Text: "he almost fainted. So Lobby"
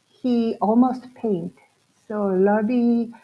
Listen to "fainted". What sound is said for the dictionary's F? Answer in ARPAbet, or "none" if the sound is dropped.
P